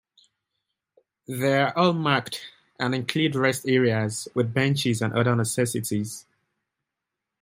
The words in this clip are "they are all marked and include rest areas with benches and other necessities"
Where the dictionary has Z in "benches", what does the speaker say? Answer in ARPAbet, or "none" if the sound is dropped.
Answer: Z